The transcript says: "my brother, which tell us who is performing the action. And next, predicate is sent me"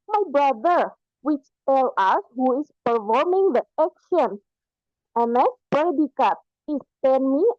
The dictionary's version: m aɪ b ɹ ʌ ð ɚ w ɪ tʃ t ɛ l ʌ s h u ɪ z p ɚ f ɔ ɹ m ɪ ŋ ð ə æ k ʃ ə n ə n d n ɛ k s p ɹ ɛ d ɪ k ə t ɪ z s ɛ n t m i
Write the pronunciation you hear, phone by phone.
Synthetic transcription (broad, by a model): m aɪ b ɹ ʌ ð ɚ w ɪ tʃ t ɛ l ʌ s h u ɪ s p ɚ f ɔ ɹ m ɪ ŋ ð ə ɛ k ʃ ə n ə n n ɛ s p ɛ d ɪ k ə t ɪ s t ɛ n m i